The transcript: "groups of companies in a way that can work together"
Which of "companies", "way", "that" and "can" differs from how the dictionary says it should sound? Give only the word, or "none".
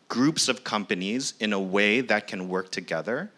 none